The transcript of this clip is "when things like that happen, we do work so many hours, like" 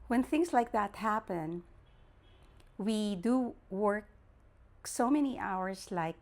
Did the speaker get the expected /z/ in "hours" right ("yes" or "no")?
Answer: no